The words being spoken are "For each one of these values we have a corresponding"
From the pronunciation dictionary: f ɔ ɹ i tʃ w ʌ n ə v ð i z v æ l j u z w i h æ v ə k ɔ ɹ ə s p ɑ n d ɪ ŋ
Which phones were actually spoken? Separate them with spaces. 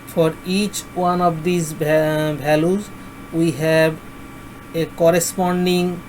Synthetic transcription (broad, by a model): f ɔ ɹ i tʃ w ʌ n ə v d i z b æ l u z w i h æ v ə k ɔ ɹ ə s p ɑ n d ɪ ŋ